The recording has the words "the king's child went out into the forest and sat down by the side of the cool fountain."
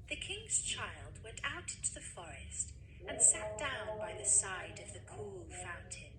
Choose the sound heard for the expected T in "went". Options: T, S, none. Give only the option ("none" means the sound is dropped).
T